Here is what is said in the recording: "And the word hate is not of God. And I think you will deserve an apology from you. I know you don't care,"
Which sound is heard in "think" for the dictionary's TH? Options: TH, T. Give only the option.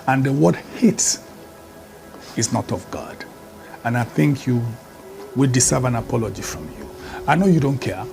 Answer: TH